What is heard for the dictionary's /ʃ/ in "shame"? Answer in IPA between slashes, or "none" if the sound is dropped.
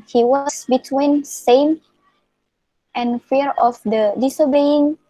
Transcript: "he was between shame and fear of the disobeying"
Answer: /s/